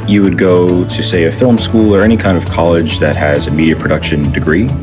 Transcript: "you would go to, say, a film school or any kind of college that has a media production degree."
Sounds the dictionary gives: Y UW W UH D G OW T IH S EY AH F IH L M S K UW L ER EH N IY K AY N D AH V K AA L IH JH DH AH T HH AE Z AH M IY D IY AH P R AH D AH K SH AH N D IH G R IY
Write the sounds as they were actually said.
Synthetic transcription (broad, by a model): Y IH W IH D G OW T IH S EY AH F IH L M S K UW L ER EH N IY K AY N D AH V K AA L IH JH DH AH T HH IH Z AH M IY D IY AH P R AH D AH K SH AH N D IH G R IY